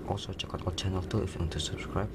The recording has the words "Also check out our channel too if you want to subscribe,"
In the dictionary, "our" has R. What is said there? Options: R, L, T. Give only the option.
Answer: L